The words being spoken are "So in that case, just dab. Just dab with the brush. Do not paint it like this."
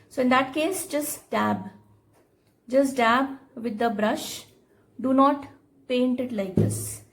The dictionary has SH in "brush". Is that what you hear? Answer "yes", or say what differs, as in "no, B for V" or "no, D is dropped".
yes